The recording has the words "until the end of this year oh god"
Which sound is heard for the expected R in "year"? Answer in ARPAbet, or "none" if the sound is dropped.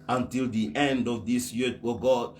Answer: W